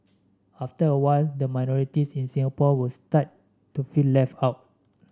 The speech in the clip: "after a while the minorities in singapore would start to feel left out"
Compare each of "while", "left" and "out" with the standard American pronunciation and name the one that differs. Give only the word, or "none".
left